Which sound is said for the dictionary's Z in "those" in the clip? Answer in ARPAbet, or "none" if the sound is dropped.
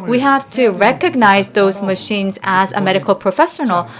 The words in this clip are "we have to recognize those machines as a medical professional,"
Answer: Z